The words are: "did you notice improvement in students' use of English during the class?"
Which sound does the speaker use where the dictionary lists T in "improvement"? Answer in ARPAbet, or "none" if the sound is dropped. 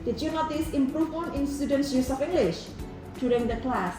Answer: none